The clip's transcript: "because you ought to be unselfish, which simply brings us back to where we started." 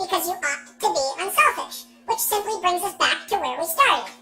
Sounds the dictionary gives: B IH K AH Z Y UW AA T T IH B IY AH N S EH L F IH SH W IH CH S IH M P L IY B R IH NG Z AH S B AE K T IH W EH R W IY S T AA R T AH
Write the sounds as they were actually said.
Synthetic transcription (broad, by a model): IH K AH Z Y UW AA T T IH B IY AH N S EH L F IH SH W IH CH S IH M P L IY B R IH NG Z AH S B AE K T IH W EH R W IY S T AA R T